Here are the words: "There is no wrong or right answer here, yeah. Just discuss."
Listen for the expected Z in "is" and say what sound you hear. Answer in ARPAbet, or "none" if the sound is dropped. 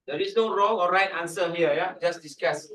S